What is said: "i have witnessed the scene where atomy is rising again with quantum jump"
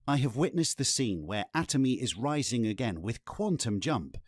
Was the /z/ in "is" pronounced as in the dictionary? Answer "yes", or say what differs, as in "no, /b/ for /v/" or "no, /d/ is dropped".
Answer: yes